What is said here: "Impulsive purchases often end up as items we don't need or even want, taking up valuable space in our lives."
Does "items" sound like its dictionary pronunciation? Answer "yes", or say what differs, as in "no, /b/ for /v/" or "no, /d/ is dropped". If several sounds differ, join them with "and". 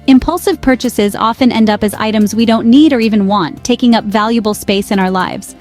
yes